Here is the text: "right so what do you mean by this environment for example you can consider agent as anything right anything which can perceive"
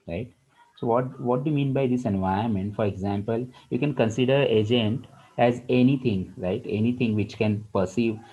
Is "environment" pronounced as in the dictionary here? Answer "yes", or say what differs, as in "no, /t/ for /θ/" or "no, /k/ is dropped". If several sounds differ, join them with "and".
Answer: no, /ɹ/ is dropped